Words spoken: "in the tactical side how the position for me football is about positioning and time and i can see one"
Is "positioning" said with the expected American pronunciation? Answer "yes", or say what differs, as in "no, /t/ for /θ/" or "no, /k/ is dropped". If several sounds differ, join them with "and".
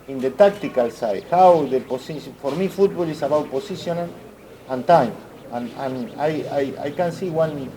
no, /s/ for /z/